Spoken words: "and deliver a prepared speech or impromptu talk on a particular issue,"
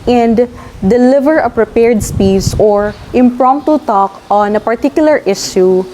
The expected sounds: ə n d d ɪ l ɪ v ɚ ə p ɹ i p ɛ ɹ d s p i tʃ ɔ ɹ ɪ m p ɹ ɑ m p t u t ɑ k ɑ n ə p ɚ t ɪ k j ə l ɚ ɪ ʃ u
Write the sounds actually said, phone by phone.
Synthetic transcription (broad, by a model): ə n d d ɪ l ɪ v ɚ ə p ɹ i p ɛ ɹ d s p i s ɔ ɹ ɪ m p ɹ ɑ m p t u t ɑ k ɑ n ə p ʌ t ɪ k j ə l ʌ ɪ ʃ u